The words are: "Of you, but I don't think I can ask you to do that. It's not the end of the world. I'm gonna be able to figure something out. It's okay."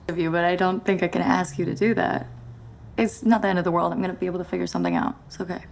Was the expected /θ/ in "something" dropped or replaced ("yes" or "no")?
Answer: no